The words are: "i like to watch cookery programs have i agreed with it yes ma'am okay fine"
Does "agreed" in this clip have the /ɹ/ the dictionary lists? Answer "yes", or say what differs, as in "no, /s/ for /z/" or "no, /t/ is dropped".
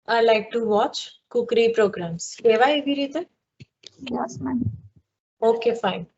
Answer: no, /ɹ/ is dropped